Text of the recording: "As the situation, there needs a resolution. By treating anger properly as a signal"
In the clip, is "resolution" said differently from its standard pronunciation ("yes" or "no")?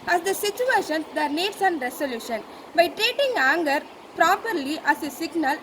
yes